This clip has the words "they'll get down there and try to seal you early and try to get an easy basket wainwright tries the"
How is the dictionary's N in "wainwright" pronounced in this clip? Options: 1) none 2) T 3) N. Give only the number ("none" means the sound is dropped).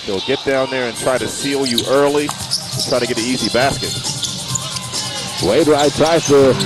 1